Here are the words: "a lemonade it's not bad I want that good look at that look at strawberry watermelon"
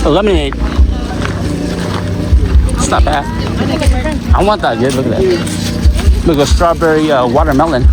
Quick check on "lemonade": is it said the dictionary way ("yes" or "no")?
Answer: no